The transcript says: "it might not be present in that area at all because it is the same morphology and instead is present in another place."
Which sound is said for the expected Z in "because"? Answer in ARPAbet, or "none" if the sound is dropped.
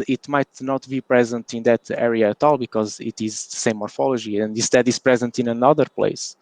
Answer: Z